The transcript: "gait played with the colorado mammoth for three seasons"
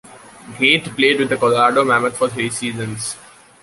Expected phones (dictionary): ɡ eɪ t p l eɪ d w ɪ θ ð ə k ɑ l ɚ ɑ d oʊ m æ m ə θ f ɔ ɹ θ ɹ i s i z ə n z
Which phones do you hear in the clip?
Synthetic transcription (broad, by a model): ɡ eɪ t p l eɪ d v ɪ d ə k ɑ l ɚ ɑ d oʊ m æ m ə t f ɔ ɹ t ɹ i s i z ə n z